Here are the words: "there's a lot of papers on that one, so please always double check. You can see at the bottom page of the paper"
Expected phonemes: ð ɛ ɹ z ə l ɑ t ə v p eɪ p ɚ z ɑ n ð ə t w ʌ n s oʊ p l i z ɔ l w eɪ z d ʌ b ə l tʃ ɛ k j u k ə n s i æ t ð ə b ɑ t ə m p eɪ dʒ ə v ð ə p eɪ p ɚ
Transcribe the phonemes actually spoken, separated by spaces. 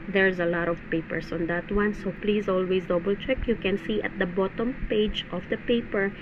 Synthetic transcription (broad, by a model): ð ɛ ɹ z ə l ɑ t ə v p eɪ p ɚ s ɑ n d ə t w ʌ n s oʊ p l i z ɔ l w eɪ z d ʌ b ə l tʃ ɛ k j u k ə n s i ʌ t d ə b ɑ t ə m p eɪ dʒ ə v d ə p eɪ p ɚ